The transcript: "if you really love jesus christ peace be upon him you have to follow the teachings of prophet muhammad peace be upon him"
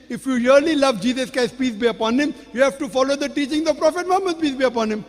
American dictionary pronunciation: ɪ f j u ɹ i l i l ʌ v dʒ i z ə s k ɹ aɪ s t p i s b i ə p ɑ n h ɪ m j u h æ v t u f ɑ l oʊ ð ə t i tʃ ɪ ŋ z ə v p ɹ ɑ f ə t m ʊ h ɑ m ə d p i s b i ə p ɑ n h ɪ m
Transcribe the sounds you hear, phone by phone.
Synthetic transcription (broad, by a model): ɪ f j u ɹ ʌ l i l ʌ v dʒ i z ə s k aɪ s p i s b i ə p ɑ n h ɪ m j u h æ v t u f ɑ l oʊ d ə t i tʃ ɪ ŋ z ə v p ɹ ɑ f ə t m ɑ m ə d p i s b i ə p ɑ n h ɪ m